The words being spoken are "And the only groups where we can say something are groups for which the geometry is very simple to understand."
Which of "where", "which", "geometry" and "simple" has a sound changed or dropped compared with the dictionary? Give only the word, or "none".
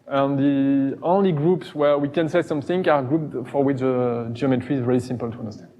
none